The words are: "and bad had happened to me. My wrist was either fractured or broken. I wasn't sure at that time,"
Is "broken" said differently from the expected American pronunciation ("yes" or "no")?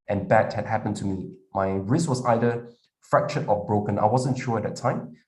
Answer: no